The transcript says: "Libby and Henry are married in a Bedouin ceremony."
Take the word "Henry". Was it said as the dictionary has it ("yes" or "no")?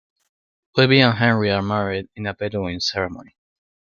yes